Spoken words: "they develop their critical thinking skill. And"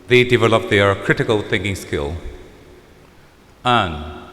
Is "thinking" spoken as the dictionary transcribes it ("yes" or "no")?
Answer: yes